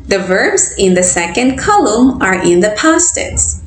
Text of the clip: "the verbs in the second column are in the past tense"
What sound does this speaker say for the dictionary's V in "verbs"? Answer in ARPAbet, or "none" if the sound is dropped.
V